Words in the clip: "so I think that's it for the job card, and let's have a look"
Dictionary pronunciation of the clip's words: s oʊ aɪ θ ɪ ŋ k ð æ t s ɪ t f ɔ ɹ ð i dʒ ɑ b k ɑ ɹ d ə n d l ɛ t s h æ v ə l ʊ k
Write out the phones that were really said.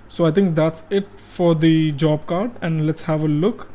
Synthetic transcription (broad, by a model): s oʊ aɪ t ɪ ŋ k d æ t s ɪ t f ɔ ɹ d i dʒ ɑ b k ɑ ɹ d ə n d l ɛ t s h æ v ə l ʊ k